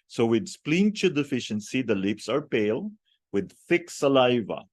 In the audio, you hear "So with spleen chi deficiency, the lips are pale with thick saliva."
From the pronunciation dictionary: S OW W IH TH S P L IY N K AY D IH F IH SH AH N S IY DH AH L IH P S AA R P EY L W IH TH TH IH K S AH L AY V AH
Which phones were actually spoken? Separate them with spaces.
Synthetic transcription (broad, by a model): S OW W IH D S P L IY N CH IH D IH F IH SH AH N S IY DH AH L IH P S AA R P EY L W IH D TH IH K S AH L AY V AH